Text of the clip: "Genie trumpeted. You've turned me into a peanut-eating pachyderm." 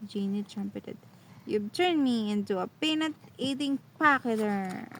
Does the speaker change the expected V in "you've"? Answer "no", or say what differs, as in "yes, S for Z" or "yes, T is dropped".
yes, B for V